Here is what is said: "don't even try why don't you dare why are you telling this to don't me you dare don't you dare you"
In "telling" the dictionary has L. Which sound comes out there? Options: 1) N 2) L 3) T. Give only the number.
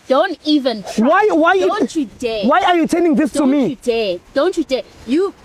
1